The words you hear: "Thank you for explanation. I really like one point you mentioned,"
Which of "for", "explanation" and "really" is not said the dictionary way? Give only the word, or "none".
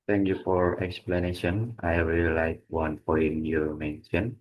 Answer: really